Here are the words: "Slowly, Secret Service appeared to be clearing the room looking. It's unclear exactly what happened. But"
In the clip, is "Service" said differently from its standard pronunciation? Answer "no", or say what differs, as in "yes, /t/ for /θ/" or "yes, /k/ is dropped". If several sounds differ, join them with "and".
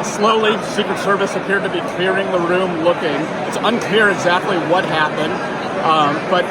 no